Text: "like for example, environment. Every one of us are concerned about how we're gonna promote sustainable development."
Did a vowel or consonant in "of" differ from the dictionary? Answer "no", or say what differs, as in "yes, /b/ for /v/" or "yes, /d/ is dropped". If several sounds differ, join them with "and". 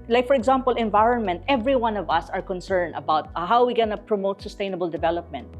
no